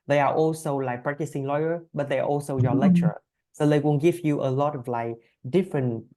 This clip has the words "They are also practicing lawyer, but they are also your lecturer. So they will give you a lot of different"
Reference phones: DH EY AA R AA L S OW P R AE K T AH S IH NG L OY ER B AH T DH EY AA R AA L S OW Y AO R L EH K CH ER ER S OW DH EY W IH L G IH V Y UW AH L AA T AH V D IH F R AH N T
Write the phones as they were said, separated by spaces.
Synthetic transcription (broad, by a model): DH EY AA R AA L S OW P R AE K T AH S IH NG L OY ER B AH T DH EY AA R AA L S OW Y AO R L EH K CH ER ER S OW DH EY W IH N G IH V Y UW AH L AA T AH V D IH F R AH N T